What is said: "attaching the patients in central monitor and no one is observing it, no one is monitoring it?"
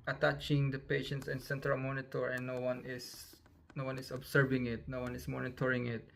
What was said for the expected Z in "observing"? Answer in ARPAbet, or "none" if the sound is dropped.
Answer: S